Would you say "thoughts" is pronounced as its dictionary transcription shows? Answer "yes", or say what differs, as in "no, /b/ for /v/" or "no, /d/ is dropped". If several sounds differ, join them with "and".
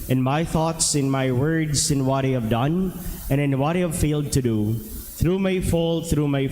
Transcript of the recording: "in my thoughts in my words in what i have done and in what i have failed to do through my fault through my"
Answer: yes